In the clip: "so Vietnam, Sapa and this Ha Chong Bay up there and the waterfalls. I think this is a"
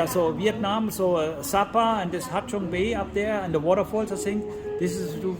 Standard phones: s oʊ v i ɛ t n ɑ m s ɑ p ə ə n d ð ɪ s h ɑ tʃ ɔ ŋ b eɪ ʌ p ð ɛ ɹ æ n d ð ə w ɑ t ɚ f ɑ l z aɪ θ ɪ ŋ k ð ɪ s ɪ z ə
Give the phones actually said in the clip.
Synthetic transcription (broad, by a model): s oʊ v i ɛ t n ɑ m s ɑ p ə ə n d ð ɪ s h ɑ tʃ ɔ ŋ b eɪ ʌ p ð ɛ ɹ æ n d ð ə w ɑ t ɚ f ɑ l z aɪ s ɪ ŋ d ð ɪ s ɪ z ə